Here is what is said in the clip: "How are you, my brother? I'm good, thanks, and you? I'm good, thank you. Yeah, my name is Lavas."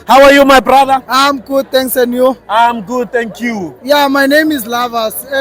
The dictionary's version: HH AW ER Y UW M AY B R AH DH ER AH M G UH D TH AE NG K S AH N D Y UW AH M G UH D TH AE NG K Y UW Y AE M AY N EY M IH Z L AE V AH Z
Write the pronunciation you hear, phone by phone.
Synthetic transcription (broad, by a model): HH AW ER Y UW M AY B R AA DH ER AH M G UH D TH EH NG K S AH N Y UW AH M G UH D T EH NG K Y UW Y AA M AY N EY M IH Z L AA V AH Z